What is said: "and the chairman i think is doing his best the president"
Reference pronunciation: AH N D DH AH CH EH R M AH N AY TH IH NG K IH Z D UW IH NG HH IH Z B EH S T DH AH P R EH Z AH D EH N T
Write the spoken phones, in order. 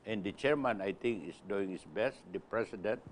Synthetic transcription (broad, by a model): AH N D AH CH EH R M AH N AY T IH NG K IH S D UW IH NG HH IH S B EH S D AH P R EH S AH D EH N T